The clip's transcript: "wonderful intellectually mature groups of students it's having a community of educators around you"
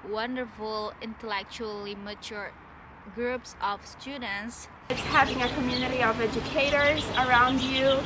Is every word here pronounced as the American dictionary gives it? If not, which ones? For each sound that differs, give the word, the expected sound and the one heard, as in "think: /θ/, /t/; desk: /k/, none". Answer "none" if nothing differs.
none